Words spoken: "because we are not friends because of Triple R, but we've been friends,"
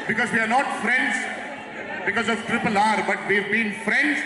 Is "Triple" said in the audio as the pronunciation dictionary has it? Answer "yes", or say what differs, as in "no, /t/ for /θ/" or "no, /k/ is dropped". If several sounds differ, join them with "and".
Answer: yes